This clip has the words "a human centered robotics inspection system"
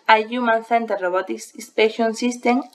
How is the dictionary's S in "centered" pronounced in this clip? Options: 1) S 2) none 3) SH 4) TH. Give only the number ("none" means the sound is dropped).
4